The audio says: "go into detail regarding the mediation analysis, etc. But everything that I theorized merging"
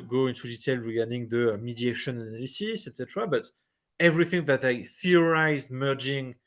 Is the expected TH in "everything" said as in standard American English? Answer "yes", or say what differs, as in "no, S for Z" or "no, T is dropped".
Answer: yes